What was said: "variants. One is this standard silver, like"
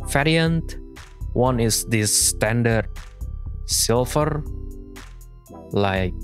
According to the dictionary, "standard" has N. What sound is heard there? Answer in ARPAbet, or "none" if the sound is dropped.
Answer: N